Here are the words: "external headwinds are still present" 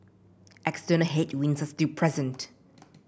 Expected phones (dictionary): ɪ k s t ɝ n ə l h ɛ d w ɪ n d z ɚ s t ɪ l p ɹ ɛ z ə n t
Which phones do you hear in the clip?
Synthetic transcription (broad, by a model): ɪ k s t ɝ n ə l h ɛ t w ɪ n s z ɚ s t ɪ p ɹ ɛ z ə n t